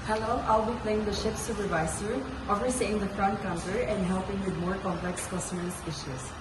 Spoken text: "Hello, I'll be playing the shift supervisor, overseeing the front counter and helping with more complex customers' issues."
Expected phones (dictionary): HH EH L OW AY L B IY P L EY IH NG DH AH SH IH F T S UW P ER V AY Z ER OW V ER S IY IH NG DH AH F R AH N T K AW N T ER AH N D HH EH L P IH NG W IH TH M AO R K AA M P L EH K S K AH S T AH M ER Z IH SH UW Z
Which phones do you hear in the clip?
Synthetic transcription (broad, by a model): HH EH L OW AY L B IY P L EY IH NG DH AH SH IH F S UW P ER V AY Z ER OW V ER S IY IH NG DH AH F R AH N T K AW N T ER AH N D HH EH L P IH NG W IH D M AO R K AA M P L EH K S K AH S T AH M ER S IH SH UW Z